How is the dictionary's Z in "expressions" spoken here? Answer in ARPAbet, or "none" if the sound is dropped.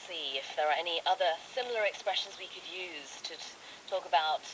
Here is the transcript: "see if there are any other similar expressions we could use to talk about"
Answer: Z